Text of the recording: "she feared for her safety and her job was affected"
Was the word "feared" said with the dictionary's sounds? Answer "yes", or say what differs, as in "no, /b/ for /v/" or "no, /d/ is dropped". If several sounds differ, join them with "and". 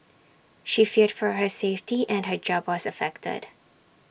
yes